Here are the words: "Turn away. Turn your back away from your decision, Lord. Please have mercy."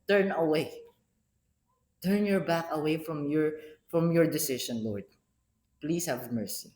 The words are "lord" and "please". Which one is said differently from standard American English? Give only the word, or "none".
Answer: please